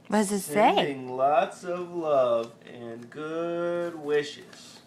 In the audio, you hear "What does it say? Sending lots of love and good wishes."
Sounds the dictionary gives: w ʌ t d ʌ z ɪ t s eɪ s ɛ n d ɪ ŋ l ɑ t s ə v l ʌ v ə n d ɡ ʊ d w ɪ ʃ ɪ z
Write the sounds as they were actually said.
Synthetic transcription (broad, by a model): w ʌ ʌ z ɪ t s eɪ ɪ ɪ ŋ l ɑ t s ə v l ʌ v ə n ɡ ʊ d w ɪ ʃ ɪ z